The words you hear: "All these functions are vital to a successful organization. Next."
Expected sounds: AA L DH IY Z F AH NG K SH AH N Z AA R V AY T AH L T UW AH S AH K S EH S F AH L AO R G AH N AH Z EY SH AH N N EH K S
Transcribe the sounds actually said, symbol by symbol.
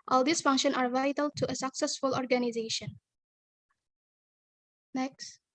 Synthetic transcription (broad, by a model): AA L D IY S F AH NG K SH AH N AA R V AY T AH L T UW AH S AH K S EH S F AH L AO R G AH N AH Z EY SH AH N N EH K S